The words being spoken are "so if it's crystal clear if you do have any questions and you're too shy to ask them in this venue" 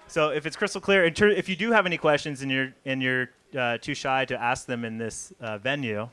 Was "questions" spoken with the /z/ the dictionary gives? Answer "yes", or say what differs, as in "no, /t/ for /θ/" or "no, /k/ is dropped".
yes